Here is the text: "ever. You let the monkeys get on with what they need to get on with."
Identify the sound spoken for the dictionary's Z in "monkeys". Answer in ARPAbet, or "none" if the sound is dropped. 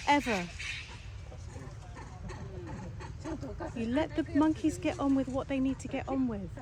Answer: Z